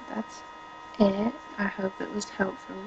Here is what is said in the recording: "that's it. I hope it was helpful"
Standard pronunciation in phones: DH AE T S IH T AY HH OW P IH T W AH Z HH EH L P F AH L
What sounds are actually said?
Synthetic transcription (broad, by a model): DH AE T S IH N AY HH OW P IH T W AH Z HH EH L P F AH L